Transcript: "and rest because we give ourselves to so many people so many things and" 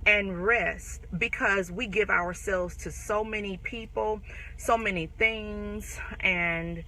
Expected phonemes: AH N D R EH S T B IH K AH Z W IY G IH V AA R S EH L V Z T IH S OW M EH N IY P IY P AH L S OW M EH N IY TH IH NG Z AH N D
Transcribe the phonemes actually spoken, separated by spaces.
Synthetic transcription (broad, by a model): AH N R EH S T B IH K AH Z W IY G IH V AA R S EH L V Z T IH S OW M EH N IY P IY P L S OW M EH N IY TH IH NG Z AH N